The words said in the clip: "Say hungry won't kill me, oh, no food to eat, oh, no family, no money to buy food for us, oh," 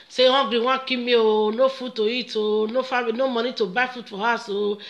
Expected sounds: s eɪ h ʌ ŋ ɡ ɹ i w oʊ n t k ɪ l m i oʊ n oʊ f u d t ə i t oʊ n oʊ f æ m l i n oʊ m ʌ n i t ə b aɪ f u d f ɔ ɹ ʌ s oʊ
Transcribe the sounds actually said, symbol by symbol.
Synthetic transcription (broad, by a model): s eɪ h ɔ ɡ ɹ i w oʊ k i m i oʊ n oʊ f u t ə i t oʊ n oʊ f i n oʊ m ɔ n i t ə b aɪ f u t f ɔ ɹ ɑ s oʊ